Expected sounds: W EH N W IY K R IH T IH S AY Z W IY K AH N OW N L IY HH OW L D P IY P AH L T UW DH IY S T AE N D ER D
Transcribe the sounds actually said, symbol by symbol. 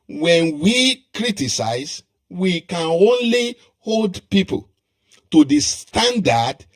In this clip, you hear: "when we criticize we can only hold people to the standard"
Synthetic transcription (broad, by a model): W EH N W IY K R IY T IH S AY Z W IY K AH N OW N L IY HH OW L D P IY P AH L T UW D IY S T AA N D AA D